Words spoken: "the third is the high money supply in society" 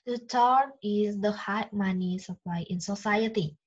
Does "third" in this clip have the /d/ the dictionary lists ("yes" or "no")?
no